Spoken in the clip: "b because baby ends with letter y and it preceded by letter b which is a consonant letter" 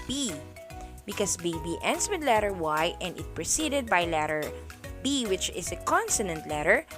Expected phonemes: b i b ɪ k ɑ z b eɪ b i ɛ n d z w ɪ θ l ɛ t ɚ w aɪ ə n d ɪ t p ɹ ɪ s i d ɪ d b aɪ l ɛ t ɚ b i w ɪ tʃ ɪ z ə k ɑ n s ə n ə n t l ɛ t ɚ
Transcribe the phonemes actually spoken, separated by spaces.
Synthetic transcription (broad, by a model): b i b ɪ k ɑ s b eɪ b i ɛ n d s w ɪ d l ɛ t ɚ w aɪ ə n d ɪ t p ɹ ɪ s i d ɪ d b aɪ l ɛ t ɚ b i w ɪ tʃ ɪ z ə k ɑ n s ə n ə n t l ɛ t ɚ